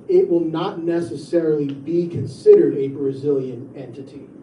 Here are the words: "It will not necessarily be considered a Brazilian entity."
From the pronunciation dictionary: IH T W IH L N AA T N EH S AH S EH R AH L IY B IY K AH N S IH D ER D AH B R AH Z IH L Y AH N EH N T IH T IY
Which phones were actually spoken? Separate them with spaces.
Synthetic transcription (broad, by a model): IH T W IH L N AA T N EH S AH S EH R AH L IY B IY K AH N S IH D ER D AH B R AH Z IH L Y AH N EH N T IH T IY